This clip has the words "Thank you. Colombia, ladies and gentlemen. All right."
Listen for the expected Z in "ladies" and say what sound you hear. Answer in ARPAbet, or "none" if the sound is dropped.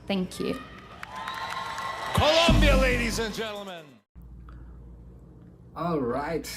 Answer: Z